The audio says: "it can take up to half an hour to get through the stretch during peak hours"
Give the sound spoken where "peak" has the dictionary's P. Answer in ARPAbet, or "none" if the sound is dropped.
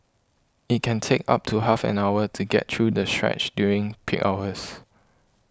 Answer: P